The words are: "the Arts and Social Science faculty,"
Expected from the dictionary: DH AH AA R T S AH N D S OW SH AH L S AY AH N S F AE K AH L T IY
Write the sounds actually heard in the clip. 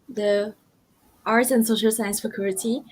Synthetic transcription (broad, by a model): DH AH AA R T AH N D S OW SH AH L S AY AH N S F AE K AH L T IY